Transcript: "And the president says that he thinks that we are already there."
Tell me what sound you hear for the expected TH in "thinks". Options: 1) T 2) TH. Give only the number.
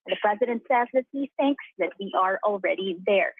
2